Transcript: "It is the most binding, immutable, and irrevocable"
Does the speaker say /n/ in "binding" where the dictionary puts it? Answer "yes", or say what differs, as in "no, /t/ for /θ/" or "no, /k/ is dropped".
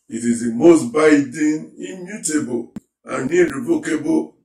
no, /n/ is dropped